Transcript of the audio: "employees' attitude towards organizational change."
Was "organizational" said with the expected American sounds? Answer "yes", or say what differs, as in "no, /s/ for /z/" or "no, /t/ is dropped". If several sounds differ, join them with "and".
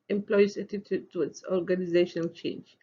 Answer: yes